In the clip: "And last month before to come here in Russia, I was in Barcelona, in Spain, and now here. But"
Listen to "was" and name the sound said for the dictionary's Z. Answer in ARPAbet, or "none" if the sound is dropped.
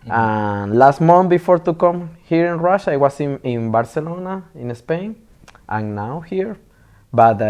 S